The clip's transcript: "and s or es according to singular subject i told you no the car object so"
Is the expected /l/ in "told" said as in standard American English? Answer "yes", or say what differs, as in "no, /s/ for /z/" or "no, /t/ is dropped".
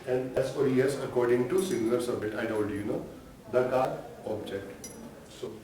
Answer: no, /n/ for /l/